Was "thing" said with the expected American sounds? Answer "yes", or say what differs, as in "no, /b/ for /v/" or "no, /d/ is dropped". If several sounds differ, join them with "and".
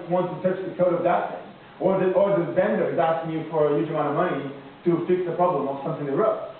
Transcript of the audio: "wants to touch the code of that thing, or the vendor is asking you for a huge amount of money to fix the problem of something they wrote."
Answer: no, /t/ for /θ/